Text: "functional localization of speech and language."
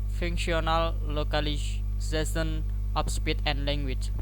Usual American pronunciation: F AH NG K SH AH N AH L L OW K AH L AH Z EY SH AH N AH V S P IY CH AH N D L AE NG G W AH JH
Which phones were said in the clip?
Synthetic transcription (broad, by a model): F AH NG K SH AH N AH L L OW K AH L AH S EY S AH N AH P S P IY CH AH N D L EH NG G W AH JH